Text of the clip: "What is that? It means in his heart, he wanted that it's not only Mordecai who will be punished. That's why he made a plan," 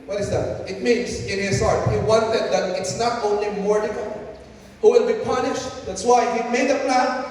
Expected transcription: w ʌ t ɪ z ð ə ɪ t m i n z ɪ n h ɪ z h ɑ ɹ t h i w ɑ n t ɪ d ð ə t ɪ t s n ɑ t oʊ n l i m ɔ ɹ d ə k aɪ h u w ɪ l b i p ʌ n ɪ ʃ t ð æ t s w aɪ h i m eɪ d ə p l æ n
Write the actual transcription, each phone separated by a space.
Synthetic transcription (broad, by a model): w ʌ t ɪ z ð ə ɪ t m i n z ɪ n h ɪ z h ɑ ɹ t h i w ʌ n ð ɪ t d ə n ɪ t s n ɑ t oʊ n l i m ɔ ɹ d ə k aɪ h u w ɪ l b i p ʌ n ɪ ʃ t ð æ t s w aɪ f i m eɪ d ə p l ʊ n